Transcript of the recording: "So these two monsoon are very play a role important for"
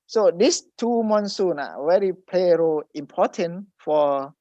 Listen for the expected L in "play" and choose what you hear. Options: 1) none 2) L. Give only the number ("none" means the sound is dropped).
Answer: 2